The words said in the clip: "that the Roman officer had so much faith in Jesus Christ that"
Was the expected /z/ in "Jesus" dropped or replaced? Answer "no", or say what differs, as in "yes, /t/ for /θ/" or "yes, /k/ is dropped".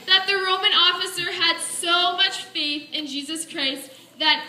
no